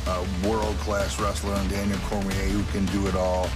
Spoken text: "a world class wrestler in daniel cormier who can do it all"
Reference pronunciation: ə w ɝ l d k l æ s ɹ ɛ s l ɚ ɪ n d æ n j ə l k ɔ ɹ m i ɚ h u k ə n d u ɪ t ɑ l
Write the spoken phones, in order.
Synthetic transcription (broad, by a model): w ɝ l d k l æ s ɹ ɛ s l ɚ ɪ n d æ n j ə k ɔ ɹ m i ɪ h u k ə n d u ɪ t ɑ l